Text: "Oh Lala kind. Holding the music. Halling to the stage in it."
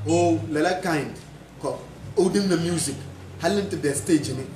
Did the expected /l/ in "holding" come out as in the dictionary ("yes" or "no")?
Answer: no